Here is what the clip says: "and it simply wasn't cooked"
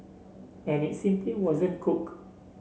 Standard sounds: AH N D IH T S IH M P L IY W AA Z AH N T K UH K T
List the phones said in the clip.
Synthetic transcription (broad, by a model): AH N IH T S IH M P L IY W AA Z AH N K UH K